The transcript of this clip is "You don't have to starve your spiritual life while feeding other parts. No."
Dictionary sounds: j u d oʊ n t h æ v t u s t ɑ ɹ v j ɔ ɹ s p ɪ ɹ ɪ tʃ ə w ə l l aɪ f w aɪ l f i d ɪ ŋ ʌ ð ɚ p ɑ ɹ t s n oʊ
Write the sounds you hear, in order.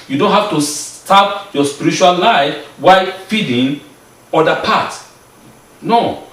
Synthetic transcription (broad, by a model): j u d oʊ n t h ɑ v t u s t ɑ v j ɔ s p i ɹ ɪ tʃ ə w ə l l aɪ f w aɪ f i d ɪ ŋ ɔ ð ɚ p ɑ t n oʊ